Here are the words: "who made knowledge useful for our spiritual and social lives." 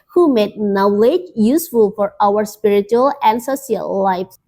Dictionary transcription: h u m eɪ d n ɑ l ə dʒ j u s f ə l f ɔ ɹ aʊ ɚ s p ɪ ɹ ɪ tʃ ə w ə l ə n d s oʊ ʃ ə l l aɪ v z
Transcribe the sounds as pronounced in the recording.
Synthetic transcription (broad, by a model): h u m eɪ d n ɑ l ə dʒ j u s f ə l f ɔ ɹ aʊ ɚ s p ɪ ɹ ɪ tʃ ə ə l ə n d s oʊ s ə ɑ l aɪ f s